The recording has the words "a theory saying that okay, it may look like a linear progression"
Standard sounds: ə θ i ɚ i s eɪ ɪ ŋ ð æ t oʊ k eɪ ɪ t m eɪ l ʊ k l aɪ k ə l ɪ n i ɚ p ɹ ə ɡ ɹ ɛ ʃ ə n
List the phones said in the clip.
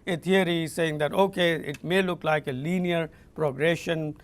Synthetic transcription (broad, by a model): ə t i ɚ i s eɪ ɪ ŋ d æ t oʊ k eɪ ɪ t m eɪ l ʊ k l aɪ k ə l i n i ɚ p ɹ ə ɡ ɹ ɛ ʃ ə n